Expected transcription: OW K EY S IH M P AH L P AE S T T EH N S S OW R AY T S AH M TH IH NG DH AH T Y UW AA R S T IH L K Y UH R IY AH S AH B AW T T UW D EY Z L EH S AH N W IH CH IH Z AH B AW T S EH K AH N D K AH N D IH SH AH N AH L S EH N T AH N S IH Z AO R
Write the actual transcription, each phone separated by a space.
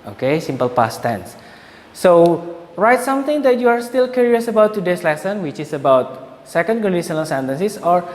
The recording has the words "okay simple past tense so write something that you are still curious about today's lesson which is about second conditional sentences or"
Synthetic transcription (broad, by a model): OW K EY S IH M P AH L P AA S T T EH N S S OW R AY T S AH M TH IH NG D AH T Y UW AA R S T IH L K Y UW R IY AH S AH B AW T T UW D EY S L EH S AH N W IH CH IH S AH B AW T S EH K AH N D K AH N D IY S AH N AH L S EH N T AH N S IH S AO R